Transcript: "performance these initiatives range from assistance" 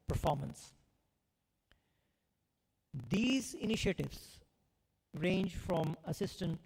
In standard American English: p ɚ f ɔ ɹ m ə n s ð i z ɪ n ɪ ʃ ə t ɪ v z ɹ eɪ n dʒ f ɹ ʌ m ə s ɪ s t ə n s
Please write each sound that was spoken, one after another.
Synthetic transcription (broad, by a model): p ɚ f ɔ ɹ m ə n s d i z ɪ n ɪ ʃ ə t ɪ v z ɹ eɪ n dʒ f ɹ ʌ m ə s ɪ s t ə n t